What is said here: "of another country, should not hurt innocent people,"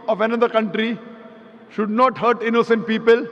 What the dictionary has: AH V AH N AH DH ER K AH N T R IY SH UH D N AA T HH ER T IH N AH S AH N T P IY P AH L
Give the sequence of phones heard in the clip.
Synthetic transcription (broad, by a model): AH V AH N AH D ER K AH N T R IY SH UH D N AA T HH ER T IH N AH S AH N T P IY P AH L